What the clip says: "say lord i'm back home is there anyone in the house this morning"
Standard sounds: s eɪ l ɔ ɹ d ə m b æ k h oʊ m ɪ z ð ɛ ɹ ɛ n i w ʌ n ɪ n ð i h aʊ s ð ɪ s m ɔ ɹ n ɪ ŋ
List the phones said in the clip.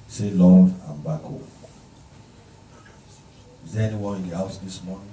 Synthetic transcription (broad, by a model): s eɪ l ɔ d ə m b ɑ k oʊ ɪ z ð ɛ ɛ n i w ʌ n ɪ n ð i h aʊ s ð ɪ s m ɔ n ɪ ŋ